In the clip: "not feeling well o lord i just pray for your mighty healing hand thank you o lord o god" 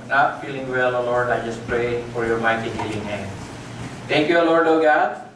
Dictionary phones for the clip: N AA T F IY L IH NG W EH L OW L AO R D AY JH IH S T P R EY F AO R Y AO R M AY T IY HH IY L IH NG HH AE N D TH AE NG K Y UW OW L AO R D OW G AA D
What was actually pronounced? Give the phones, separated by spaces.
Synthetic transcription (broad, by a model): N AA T F IY L IH NG W EH L OW L AO R D AY JH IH S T P R EY F AO R Y AO R M AY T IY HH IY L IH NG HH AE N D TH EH NG K Y UW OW L AO R D OW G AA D